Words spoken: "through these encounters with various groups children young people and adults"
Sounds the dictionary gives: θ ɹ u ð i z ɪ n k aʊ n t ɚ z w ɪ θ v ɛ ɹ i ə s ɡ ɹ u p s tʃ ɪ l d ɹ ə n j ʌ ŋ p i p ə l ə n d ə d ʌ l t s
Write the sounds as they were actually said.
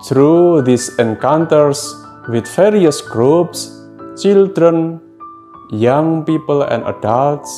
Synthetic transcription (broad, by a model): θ ɹ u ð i s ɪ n k aʊ n t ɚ s w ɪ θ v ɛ ɹ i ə s ɡ ɹ u p s tʃ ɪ l d ɹ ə n j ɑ ŋ p i p ə l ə n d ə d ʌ l t s